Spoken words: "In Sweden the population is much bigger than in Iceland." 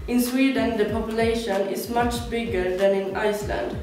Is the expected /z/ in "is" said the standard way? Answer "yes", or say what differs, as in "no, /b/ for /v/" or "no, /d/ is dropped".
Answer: no, /s/ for /z/